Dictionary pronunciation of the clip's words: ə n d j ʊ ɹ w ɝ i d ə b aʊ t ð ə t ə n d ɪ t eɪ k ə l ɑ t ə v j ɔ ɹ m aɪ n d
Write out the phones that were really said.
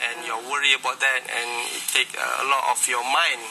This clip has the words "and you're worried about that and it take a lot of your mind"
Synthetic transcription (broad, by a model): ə n j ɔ w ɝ i ə b aʊ t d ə t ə n ɪ t eɪ k ə l ɑ t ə f j ɔ m aɪ n